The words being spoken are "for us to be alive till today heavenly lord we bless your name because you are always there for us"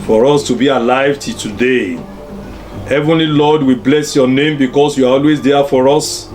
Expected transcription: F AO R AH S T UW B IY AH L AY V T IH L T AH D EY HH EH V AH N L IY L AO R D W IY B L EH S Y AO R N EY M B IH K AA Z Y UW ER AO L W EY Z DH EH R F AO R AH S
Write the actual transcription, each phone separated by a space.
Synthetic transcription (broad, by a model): F AO R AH S T UW B IY AH L AY V T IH T AH D EY HH EH V AH N L IY L AO D W IY B L EH S Y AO N EY M B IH K AA S Y UW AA AO L W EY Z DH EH F AO R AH S